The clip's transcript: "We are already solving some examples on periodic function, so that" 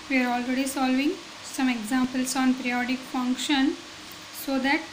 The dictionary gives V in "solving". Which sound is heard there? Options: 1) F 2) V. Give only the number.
2